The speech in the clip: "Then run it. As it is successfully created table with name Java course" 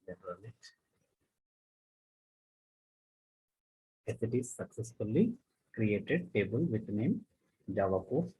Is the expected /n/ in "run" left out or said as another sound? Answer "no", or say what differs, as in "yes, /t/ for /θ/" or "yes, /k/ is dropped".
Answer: yes, /l/ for /n/